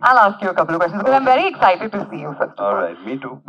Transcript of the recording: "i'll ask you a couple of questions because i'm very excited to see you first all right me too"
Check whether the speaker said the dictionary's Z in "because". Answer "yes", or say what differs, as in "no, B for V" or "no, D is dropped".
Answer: no, Z is dropped